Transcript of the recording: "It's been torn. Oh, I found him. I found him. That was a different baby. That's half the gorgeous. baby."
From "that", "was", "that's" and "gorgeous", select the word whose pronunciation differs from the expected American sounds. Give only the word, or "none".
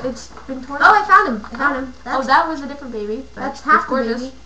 gorgeous